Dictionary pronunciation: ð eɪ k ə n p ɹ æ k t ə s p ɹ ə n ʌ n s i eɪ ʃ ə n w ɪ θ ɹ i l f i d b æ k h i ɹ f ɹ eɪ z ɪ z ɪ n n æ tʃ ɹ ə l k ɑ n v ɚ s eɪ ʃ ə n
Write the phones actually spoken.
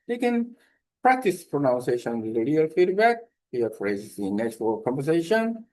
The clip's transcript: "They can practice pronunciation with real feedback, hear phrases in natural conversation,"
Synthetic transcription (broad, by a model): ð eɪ k ə n p ɹ æ k t ə s p ɹ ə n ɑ n s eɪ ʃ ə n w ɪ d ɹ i l f i d b æ k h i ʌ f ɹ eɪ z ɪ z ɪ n n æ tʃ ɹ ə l k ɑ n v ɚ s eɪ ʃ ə n